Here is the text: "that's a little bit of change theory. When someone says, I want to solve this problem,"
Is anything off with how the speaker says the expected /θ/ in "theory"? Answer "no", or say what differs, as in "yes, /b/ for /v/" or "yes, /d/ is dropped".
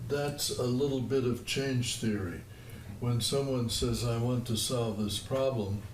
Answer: no